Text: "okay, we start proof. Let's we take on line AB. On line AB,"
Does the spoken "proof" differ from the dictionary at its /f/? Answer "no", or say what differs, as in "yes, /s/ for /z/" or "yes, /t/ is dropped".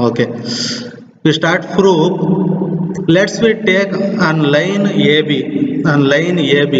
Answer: yes, /p/ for /f/